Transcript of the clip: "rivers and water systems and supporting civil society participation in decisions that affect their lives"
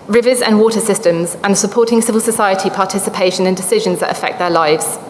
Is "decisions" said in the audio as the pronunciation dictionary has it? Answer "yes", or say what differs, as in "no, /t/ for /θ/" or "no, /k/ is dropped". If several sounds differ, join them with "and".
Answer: yes